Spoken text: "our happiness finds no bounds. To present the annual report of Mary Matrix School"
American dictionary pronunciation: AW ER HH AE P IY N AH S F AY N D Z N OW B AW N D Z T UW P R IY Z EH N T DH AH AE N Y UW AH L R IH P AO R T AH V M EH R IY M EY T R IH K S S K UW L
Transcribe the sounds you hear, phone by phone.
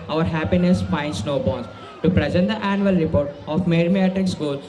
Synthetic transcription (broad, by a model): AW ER HH AE P IY N AH S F AY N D S N OW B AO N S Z T UW P R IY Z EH N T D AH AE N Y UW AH L R IH P AO R T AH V M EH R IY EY T IH K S S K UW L